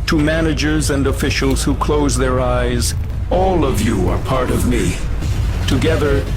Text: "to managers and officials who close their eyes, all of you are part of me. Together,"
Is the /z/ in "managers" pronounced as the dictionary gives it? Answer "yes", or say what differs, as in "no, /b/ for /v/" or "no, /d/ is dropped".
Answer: yes